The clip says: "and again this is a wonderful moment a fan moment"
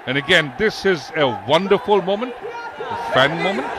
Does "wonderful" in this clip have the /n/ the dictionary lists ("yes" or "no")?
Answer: yes